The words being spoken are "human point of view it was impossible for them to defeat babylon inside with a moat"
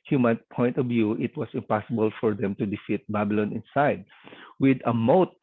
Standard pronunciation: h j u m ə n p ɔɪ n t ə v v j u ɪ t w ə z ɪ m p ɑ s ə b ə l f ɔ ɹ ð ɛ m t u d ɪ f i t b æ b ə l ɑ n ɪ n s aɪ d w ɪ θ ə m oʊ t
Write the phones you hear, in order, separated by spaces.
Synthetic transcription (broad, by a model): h j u m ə n p ɔɪ n t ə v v j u ɪ t w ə s ɪ m p ɑ s ə b ə l f ɔ ɹ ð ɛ m t u d ɪ f i t b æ b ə l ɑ n ɪ n s aɪ d w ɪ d ə m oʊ t